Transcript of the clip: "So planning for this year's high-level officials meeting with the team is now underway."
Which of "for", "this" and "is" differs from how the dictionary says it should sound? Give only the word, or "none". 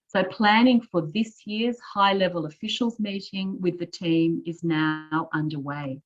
none